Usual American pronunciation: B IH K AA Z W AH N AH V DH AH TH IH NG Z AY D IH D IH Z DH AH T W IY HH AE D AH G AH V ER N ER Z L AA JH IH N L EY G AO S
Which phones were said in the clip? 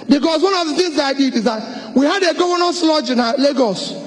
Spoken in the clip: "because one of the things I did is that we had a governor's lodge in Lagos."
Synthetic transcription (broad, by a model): B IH K AA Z W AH N AH V DH AH TH IH NG Z AY D IH D IH Z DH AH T W IY HH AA D AH G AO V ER N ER S L AA JH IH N L EY G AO S